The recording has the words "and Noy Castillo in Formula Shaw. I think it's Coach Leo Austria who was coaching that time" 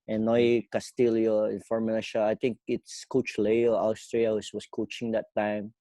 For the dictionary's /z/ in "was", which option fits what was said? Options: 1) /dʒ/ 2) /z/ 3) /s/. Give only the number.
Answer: 3